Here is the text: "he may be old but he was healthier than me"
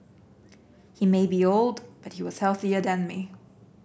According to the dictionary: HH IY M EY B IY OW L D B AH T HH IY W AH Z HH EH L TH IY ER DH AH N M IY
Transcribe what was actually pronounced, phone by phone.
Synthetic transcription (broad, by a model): HH IY M EY B IY OW L D B AH T HH IY W AH Z HH EH L TH IY ER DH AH N M IY